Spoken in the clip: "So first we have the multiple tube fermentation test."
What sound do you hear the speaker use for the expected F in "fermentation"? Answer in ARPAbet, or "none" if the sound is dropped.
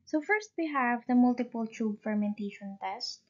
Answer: F